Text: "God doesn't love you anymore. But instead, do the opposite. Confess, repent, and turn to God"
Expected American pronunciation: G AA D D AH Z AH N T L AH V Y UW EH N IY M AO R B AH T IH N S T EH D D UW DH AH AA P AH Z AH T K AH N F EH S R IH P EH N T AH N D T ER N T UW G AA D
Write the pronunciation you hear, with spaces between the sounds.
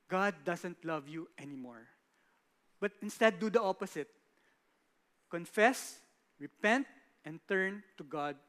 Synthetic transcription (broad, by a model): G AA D D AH S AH N T L AH V Y UW EH N IY M AO R B AH T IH N S T EH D D UW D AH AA P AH S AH T K AH N F EH S R IH P EH N T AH N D T ER N T UW G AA D